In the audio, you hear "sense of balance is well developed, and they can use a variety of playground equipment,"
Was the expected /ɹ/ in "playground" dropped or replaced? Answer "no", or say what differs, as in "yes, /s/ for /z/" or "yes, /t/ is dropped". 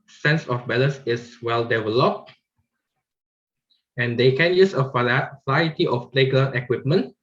yes, /ɹ/ is dropped